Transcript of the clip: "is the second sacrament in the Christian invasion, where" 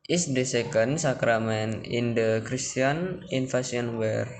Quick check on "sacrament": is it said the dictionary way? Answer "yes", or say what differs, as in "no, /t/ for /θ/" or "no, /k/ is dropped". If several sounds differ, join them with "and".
no, /t/ is dropped